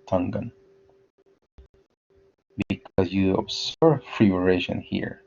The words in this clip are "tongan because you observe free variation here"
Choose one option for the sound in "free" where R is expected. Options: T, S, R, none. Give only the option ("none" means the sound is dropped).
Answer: R